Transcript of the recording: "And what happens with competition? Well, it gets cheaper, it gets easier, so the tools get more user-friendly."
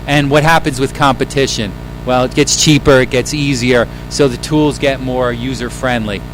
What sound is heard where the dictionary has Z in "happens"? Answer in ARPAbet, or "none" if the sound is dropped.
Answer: Z